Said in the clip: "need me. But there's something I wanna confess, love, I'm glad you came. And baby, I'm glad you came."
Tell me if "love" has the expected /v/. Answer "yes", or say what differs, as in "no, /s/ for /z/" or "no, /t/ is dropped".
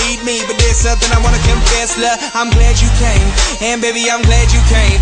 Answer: no, /v/ is dropped